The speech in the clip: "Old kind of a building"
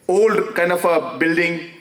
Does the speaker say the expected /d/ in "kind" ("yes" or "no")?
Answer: no